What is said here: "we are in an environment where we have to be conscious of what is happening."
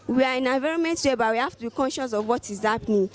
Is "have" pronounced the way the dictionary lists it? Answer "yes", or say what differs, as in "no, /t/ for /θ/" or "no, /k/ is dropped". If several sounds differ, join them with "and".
no, /f/ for /v/